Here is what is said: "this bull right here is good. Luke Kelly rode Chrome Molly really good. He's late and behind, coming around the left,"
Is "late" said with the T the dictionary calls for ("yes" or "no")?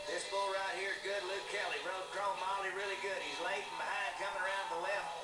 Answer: no